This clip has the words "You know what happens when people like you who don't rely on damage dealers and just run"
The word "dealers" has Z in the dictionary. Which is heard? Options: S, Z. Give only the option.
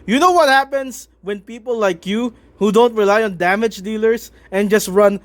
S